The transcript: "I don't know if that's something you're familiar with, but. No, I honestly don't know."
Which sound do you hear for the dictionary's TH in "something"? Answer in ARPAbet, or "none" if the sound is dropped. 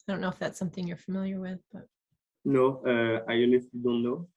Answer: TH